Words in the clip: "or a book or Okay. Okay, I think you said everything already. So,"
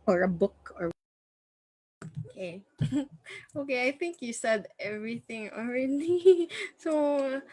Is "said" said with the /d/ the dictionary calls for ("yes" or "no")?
yes